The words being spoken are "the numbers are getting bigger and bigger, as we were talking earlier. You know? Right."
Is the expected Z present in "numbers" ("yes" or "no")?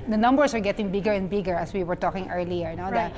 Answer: no